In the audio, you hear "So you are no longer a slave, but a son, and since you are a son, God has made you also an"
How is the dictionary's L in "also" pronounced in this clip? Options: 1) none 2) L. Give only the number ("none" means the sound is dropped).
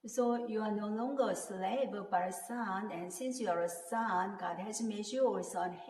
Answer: 1